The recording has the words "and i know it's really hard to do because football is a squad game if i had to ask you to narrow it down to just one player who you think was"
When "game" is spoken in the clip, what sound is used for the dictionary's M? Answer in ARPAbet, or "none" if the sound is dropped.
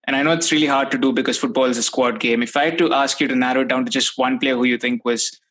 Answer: M